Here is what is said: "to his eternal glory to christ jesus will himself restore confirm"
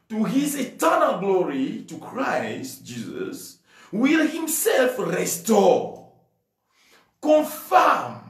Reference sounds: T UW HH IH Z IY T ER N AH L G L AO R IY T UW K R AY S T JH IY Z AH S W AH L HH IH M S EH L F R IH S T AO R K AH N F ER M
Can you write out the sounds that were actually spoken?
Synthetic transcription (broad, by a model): T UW HH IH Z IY T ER N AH L G L AO R IY T UW K R AY S T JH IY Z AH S W AH L HH IH M S EH L F R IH S T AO K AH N F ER M